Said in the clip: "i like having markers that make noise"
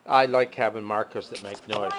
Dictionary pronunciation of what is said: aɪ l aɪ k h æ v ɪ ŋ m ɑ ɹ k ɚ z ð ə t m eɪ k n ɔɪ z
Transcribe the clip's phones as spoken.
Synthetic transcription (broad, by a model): aɪ l aɪ k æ b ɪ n m ɑ ɹ k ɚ s ð ə t m eɪ k n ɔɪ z